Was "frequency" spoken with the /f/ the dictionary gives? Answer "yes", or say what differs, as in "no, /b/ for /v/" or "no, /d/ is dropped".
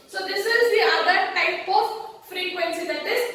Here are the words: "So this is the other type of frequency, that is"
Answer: yes